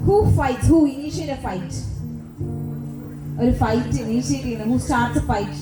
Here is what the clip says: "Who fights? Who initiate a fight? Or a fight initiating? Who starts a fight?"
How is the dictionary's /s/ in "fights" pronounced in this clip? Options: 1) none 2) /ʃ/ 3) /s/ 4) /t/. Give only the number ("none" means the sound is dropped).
1